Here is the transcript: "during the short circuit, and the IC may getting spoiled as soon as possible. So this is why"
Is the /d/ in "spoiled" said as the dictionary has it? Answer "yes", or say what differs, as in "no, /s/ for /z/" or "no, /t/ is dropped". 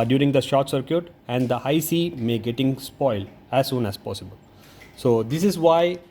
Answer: yes